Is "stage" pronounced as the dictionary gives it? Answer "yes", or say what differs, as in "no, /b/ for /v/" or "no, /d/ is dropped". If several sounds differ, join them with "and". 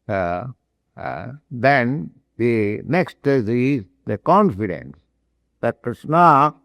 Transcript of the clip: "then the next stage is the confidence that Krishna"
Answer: no, /z/ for /dʒ/